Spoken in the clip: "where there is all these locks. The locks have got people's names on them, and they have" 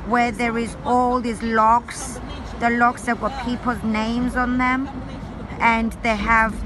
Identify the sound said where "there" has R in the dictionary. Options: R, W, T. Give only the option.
R